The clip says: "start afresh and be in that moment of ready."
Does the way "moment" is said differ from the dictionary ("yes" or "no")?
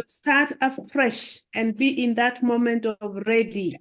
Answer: no